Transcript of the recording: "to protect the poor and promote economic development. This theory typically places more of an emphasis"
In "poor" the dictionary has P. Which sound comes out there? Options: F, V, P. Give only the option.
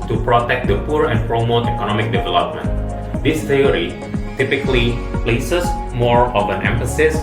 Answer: P